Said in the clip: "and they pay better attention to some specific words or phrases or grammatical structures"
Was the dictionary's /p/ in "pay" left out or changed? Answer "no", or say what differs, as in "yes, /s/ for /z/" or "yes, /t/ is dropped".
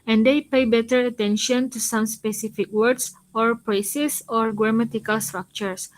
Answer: no